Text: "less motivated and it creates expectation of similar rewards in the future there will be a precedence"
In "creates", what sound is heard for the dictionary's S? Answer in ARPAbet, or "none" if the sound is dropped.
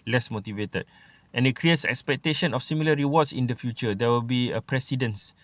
S